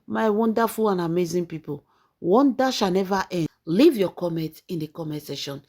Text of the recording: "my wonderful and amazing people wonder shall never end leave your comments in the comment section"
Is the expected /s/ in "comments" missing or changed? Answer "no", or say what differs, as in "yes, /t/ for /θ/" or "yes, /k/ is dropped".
yes, /s/ is dropped